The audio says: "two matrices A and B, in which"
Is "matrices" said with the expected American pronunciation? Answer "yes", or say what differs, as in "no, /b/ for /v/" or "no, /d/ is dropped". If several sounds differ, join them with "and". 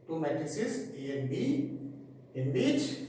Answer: no, /ɹ/ is dropped